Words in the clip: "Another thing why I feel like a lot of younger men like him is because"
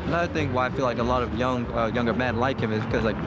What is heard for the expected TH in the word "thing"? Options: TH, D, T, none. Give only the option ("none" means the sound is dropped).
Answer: TH